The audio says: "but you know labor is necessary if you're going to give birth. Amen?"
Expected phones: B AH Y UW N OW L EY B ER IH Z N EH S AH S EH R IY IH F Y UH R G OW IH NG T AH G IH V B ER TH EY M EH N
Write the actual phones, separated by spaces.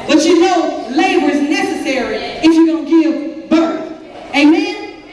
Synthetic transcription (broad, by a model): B AH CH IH N OW L EY B ER IH Z N EH S AH S EH R IY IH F Y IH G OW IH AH G IH V B ER TH EY M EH N